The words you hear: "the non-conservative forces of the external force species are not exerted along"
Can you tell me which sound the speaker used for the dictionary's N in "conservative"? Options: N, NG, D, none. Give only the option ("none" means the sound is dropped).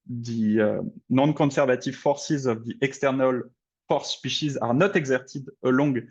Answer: none